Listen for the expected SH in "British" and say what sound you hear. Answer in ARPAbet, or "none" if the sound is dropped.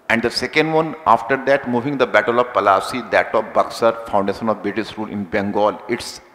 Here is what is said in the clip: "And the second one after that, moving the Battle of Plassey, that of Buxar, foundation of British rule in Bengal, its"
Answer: S